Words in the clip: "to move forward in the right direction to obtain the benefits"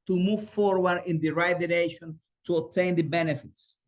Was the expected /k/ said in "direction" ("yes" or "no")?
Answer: no